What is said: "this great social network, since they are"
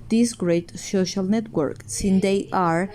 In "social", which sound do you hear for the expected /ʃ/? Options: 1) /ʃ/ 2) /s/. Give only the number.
1